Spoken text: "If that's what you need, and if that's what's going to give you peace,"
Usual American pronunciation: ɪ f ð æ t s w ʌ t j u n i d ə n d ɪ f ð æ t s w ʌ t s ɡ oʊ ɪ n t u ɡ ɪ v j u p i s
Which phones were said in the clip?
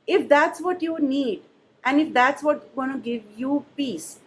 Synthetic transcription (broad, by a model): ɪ f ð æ t s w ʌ t j u n i d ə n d ɪ f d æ t s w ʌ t ɡ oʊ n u ɡ ɪ v j u p i s